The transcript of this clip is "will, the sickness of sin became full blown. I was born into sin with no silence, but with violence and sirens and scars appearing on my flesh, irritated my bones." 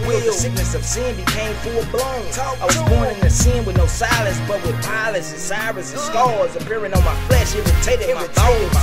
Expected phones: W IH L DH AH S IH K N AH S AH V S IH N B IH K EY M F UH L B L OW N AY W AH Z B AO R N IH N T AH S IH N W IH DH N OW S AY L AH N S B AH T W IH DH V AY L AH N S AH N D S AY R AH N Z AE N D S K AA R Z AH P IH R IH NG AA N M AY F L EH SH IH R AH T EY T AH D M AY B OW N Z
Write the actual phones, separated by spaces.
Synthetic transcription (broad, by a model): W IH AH S IH K N AH S AH V S IH N B IH K EY M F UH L B L OW N AY W AH Z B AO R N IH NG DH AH S IH N W IH DH N OW S AY L AH N S B AH T W IH DH P AY L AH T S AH N S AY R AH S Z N S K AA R Z AH P IH R IH NG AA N M AY F L EH SH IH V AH T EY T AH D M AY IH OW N